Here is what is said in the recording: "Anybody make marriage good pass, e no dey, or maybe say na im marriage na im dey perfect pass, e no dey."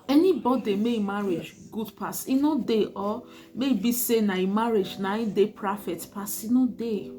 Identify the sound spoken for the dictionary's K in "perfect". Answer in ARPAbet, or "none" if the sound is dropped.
none